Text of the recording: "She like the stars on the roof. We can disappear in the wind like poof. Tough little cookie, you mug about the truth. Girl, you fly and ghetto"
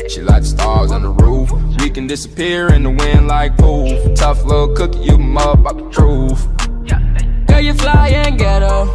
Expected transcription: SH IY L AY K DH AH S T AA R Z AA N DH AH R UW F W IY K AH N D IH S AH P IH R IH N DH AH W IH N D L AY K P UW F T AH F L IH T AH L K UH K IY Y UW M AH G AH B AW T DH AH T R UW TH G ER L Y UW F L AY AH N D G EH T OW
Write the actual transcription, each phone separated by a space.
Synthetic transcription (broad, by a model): SH IY L AY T S T AA R Z N DH AH R UW F W IY K AH N D IH S AH P IH R IH N DH AH W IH N L AY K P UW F T AH F L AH K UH K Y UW M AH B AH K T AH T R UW F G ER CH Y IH F L AY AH N G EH T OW